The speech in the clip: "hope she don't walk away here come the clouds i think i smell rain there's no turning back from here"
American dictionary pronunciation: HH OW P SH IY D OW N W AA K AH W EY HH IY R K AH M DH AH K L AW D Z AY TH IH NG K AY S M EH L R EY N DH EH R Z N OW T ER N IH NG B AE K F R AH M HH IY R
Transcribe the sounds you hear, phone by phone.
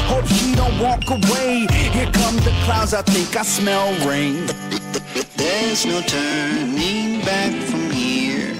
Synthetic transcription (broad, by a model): HH OW P S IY D OW N W AA K AH W EY HH IY R K AH M DH AH K L AW D Z AY TH IH NG K AY S M EH L R EY N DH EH R Z N OW T ER N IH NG B AE K F R AH M HH IY R